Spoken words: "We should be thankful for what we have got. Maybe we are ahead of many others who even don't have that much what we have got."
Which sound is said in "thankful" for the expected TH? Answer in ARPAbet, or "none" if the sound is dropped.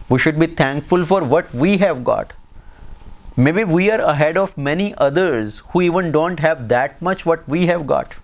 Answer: T